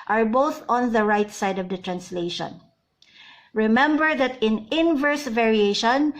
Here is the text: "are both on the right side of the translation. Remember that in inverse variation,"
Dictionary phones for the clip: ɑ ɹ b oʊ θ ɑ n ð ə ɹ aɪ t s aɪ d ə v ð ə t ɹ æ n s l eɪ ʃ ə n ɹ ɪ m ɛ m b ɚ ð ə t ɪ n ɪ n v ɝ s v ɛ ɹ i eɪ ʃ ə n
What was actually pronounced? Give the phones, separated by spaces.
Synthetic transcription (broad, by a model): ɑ ɹ b oʊ θ ɑ n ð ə ɹ aɪ t s aɪ d ə v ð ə t ɹ æ n s l eɪ ʃ ə n ɹ ɪ m ɛ m b ɚ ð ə t ɪ n ɪ n v ɝ s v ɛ ɹ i eɪ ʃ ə n